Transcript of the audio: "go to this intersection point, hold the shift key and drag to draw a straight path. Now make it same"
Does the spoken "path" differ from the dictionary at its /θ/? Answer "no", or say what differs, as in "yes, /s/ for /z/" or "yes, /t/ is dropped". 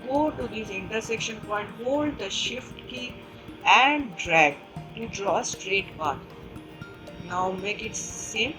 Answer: yes, /t/ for /θ/